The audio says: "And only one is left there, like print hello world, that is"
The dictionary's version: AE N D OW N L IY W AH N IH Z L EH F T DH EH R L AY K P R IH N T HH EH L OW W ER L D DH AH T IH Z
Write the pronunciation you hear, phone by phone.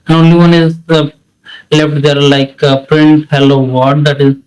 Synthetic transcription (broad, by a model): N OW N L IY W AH N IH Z L EH F T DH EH R L AY K P R IH N T HH EH L OW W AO N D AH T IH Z